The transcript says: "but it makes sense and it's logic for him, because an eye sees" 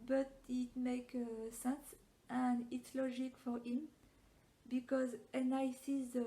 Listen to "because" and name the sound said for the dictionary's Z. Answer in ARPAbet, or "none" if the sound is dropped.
Z